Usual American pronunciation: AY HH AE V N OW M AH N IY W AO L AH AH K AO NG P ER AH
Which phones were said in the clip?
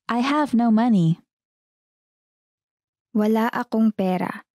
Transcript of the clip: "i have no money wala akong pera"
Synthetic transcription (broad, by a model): AY HH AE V N OW M AH N IY W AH L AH AH K AO NG P ER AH